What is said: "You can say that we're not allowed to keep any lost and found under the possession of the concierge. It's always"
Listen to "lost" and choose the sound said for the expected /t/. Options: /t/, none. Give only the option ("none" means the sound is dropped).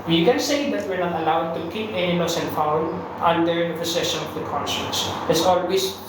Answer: none